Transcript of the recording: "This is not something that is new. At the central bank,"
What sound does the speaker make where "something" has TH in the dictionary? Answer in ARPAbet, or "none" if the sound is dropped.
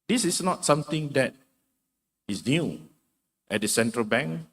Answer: T